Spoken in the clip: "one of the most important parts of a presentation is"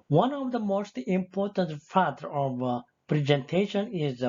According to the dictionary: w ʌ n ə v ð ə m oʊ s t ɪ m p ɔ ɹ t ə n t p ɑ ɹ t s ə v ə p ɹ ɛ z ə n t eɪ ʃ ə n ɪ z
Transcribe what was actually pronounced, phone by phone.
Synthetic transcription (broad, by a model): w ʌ n ə v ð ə m oʊ s t ɪ m p ɔ ɹ t ə n t f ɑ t ə v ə p ɹ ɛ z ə n t eɪ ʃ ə n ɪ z